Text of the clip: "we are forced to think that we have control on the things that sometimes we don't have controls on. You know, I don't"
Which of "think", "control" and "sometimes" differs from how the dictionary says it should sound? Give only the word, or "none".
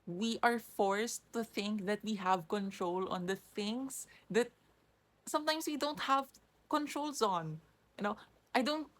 sometimes